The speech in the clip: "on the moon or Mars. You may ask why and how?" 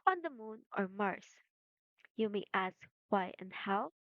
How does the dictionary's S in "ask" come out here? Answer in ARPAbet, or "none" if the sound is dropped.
S